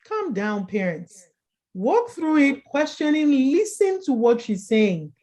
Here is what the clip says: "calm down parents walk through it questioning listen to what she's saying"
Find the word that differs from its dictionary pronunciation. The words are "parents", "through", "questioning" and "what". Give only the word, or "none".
none